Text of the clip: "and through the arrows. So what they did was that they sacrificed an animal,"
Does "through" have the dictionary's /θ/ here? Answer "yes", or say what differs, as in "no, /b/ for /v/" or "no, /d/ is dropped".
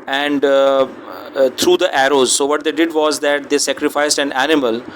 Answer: no, /t/ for /θ/